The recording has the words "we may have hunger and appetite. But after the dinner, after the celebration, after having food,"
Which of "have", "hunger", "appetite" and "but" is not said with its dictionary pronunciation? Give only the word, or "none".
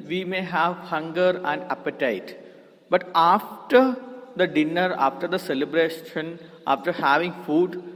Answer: none